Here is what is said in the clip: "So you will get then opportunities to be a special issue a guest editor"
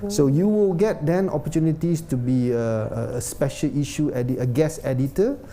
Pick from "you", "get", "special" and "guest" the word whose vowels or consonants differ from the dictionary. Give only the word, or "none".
guest